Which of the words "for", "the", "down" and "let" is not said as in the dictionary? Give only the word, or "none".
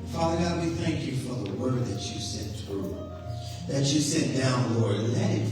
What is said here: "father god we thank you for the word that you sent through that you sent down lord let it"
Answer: let